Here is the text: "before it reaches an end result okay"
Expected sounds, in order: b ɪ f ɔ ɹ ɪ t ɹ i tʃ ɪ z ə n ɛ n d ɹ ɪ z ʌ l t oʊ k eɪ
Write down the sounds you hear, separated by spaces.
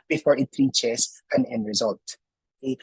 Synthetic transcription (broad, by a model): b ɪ f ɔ ɹ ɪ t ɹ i tʃ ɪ s ə n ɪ n ɹ ɪ z ʌ l t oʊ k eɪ